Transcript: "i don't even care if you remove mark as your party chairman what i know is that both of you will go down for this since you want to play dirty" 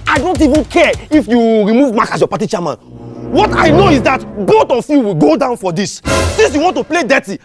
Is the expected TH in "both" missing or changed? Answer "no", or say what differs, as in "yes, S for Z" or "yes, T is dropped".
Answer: yes, T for TH